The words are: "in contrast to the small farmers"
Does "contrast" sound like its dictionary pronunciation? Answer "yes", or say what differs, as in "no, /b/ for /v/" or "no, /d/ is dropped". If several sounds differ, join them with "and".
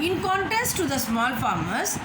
no, /ɹ/ is dropped